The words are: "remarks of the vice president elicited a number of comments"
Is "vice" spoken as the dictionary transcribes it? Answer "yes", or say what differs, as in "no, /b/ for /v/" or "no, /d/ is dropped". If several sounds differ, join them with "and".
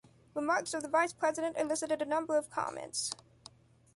yes